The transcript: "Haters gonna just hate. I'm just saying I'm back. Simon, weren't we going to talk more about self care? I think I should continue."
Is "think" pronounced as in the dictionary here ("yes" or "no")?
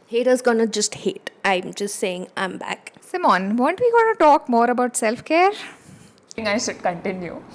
no